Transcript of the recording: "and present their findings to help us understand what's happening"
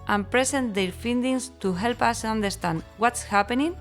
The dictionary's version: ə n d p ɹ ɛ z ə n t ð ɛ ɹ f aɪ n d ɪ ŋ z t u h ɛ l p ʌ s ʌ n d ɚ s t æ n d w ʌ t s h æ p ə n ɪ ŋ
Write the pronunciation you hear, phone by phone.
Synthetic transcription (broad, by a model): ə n p ɹ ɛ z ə n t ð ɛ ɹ f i n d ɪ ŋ s t u h ɛ l p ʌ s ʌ n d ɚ s t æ n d w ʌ t s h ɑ p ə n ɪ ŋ